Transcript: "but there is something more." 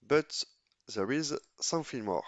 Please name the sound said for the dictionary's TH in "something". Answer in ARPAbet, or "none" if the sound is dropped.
F